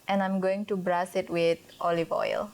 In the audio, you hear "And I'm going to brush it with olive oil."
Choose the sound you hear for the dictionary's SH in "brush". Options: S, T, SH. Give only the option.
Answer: S